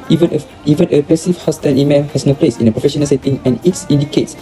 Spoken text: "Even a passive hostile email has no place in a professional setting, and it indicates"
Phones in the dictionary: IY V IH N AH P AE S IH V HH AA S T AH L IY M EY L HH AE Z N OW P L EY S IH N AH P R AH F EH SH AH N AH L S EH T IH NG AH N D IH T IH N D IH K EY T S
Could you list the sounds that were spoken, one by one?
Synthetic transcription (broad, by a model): IY V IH N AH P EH S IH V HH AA S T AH N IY M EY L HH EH S N OW P L EY S IH N AH P R AH F EH SH AH N AH L S EH T IH NG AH N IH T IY N D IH K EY T S